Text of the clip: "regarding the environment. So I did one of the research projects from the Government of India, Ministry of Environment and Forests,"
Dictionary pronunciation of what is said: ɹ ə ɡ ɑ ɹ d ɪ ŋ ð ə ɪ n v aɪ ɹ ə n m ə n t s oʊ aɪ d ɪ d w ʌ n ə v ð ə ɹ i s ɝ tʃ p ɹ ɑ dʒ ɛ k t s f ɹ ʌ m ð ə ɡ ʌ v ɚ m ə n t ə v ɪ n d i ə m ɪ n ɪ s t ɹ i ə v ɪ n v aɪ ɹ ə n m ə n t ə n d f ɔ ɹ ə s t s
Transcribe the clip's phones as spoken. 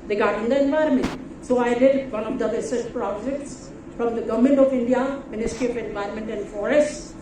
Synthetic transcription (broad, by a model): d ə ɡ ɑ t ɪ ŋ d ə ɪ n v aɪ ɹ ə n m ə n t s oʊ aɪ d ɪ d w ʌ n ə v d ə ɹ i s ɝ s p ɹ ɑ dʒ ɛ k t s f ɹ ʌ m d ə ɡ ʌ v m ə n t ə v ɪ n d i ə m ɪ n ɪ s t ɹ i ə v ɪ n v aɪ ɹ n m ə n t ə n d f ɔ ɹ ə s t